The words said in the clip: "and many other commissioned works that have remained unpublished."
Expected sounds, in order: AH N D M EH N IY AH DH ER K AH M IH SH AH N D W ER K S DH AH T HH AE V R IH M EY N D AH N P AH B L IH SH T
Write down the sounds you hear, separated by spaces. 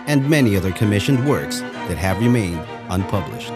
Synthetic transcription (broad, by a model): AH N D M EH N IY AH DH ER K AH M IH SH AH N D W ER K S DH AH T HH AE V R IH M EY N D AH N P AH B L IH SH T